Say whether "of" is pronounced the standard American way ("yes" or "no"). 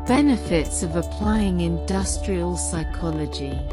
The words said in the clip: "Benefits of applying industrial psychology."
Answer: yes